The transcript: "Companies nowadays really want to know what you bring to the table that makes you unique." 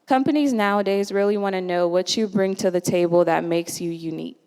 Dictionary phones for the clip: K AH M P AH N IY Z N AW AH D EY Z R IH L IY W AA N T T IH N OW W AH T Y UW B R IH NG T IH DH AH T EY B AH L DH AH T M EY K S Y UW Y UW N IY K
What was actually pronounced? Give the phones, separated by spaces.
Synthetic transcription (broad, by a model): K AH M P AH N IY Z N AW AH D EY Z R IH L IY W AA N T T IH N OW W AH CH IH B R IH NG T IH DH AH T EY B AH L DH AH T M EY K S Y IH Y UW N IY K